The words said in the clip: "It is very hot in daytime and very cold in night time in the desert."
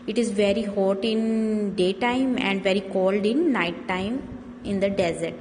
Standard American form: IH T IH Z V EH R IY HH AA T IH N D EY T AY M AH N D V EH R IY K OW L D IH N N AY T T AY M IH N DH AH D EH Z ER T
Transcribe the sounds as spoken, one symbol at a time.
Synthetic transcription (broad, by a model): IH T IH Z V EH R IY HH AA T IH N D EY T AY M AH N D V EH R IY K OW L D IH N N AY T T AY M IH N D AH D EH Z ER T